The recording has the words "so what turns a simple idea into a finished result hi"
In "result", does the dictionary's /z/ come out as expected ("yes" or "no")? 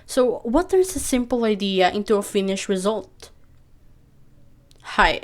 yes